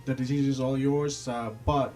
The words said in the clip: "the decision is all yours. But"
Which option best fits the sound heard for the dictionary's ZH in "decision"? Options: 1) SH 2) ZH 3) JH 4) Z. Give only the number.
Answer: 4